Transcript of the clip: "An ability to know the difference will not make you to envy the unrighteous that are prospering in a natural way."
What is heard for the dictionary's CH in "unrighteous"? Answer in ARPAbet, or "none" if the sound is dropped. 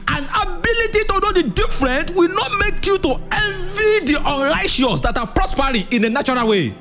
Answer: SH